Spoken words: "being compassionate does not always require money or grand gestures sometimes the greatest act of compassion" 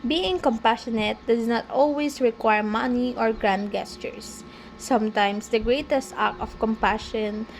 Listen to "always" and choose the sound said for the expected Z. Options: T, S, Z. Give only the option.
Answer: S